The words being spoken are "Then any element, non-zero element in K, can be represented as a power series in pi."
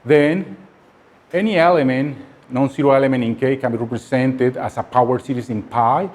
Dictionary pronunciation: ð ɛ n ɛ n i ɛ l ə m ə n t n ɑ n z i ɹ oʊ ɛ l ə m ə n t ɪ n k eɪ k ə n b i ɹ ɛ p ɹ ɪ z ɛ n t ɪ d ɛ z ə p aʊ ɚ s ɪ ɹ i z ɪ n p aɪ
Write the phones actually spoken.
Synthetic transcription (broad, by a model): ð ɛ n ɛ n i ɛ l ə m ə n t n ɑ n s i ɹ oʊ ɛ l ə m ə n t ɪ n k eɪ k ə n b i ɹ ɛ p ɹ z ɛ n t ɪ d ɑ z ə p aʊ ɚ s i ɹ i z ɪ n p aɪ